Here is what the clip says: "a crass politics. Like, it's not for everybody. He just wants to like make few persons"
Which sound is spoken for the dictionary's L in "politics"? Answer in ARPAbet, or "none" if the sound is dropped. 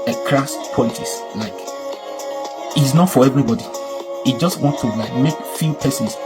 none